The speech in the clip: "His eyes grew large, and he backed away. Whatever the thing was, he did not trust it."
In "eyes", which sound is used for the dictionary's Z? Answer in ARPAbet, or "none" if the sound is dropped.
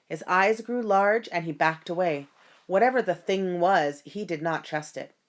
Z